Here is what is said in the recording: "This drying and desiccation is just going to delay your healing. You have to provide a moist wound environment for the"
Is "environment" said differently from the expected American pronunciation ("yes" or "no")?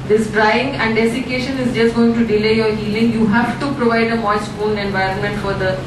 no